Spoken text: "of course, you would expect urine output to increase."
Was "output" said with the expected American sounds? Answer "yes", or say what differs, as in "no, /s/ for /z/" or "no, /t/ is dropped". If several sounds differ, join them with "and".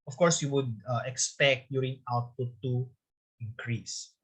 no, /p/ is dropped